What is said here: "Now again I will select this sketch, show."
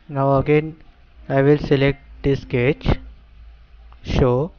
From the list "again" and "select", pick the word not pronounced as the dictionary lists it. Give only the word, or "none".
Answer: none